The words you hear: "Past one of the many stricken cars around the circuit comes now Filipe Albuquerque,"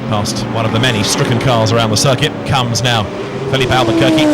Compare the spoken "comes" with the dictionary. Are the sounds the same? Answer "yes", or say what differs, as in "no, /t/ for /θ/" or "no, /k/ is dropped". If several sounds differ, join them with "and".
yes